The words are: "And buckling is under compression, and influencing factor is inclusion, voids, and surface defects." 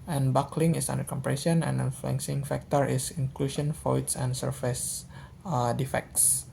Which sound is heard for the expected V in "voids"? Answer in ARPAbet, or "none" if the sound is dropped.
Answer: F